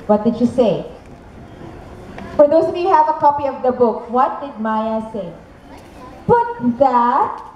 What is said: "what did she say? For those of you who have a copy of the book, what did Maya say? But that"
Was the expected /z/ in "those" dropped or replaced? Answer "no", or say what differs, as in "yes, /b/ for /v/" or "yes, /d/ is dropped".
yes, /z/ is dropped